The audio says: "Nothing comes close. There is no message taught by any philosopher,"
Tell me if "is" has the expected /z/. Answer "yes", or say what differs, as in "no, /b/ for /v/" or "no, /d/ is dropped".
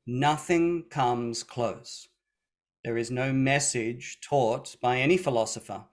yes